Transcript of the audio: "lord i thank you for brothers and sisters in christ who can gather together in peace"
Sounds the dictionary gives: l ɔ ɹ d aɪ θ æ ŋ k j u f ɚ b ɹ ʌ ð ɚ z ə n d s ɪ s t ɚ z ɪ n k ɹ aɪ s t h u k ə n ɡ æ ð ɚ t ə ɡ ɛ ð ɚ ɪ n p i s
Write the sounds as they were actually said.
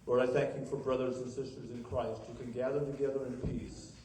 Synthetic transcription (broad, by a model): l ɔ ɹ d aɪ θ æ ŋ k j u f ɚ b ɹ ʌ ð ɚ z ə n s ɪ s t ɚ z ɪ n k ɹ aɪ s t h u k ə n ɡ æ ð ɚ t ə ɡ ɛ ð ɚ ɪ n p i s